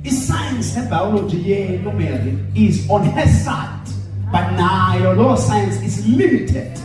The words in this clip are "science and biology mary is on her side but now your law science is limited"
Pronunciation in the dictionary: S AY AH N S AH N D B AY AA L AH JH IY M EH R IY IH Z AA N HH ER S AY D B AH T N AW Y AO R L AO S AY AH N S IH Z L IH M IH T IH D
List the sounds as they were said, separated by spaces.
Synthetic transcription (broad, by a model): S AY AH N S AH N B AY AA L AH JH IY M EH L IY IH Z AA N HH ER S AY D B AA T N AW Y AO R L AO S AY AH N S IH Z L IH M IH T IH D